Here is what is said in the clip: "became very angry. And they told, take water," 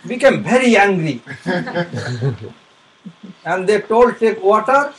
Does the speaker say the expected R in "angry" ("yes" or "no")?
yes